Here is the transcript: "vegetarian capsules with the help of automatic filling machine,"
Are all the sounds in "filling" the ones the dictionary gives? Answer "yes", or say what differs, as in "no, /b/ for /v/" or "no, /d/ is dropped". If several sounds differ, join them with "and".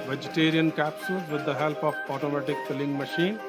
no, /p/ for /f/